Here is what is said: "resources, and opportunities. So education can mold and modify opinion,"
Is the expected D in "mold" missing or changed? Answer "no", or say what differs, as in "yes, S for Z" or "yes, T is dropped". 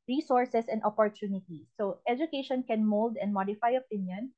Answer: no